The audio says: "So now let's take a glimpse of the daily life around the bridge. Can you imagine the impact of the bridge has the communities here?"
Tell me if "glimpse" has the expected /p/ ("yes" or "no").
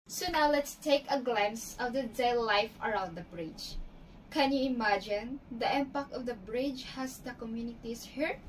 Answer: no